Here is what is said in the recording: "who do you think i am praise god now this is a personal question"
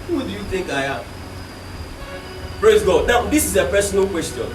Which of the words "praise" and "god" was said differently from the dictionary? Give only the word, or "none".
none